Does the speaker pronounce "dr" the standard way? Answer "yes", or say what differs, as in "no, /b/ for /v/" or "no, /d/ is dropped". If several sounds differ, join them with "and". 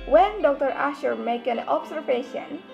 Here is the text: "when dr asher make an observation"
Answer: yes